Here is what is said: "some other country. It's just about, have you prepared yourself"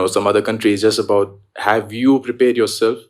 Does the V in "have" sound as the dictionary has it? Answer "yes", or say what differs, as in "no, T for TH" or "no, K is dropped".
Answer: yes